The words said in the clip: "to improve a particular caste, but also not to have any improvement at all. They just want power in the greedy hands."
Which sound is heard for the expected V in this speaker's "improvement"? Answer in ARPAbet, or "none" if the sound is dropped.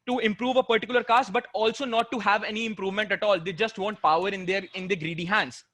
V